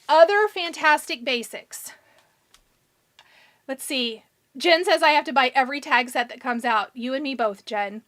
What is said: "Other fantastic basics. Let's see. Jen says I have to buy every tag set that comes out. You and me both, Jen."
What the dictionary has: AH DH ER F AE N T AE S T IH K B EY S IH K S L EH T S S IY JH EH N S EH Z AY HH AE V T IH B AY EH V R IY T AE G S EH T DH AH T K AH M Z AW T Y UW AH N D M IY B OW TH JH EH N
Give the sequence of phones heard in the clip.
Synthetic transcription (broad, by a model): AH DH ER F AE N T AE S T IH K B EY S IH K S L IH T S S IY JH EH N S EH Z AY HH AE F T IH B AY EH V R IY T AE G S EH T DH AH T K AH M Z AW T Y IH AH N M IY B OW TH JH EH N